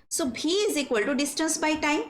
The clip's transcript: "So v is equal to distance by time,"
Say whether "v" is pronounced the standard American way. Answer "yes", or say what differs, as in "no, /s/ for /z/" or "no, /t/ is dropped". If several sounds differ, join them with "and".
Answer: no, /b/ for /v/